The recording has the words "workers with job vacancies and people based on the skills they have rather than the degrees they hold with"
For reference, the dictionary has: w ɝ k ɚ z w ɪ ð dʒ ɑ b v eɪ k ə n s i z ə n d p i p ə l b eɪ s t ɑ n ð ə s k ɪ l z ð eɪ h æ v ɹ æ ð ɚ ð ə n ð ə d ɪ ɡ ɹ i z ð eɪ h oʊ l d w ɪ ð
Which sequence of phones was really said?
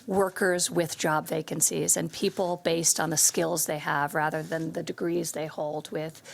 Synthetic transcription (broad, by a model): w ɝ k ɚ z w ɪ ð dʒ ɑ b v eɪ k ə n s i z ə n p i p l b eɪ s t n ð ə s k ɪ l z ð eɪ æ v ɹ æ ð ɚ ð ə n ð ə d ɪ ɡ ɹ i z ð eɪ h oʊ l d w ɪ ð